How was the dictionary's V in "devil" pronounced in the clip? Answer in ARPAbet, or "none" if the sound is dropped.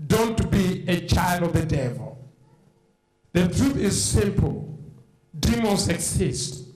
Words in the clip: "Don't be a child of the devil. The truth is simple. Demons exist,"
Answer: V